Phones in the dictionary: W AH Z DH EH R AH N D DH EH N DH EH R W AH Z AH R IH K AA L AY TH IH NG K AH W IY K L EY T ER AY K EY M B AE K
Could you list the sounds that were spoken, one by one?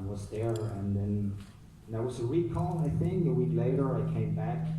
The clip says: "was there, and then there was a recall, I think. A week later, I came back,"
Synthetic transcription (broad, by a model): W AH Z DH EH R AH N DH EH N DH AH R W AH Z AH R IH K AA N AY TH IH NG K AH W IY K L EY T ER AY K EY M B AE K